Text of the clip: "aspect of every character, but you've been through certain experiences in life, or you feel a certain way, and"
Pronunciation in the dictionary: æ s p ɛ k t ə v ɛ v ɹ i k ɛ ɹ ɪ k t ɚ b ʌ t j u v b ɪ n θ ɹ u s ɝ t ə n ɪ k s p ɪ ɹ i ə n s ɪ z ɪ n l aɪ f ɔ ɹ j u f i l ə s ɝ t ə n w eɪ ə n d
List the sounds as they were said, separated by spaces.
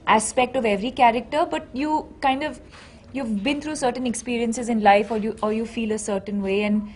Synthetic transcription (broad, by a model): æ s p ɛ k t ə v ɛ v ɹ i k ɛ ɹ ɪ k t ɚ b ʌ t j u v b ɪ n t ɹ u s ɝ t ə n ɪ k s p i ɹ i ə n s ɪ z ɪ n l aɪ f ɔ ɹ j u f i l ə s ɝ t ə n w eɪ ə n d